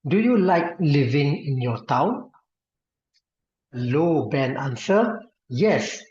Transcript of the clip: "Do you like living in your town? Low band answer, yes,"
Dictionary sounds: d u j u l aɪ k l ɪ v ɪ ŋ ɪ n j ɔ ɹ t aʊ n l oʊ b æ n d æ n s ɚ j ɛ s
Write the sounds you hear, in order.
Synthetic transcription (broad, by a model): d u j u l aɪ k l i v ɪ ŋ ɪ n j ɔ t aʊ n l oʊ b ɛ n ɑ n s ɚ j ɛ s